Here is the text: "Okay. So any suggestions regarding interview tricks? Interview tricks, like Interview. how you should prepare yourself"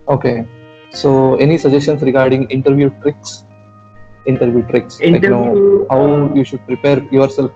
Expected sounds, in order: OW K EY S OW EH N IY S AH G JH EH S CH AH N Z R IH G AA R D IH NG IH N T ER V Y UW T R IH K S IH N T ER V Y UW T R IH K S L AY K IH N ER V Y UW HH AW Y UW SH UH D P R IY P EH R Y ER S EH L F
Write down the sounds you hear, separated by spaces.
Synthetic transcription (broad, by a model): OW K EY S OW EH N IY S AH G JH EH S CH AH N S R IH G AA R D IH NG IH N T ER V Y UW T R IH K S IH N T ER V Y UW T R IH K S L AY IH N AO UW HH AW Y UW SH UH D P R IY P EH R Y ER S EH L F